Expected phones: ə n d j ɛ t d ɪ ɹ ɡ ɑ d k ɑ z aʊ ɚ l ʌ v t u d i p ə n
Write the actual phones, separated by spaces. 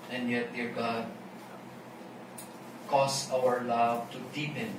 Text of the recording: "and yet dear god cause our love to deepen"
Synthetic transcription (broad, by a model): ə n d j ɛ t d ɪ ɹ ɡ ɑ d k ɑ s aʊ ɚ l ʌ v t u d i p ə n